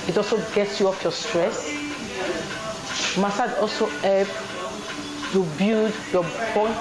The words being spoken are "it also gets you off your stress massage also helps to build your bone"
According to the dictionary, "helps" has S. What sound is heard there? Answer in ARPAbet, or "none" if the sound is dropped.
none